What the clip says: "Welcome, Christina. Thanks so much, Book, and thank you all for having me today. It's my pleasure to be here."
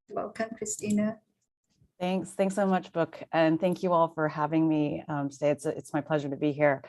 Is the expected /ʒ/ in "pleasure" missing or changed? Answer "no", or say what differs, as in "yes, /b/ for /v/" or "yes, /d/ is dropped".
no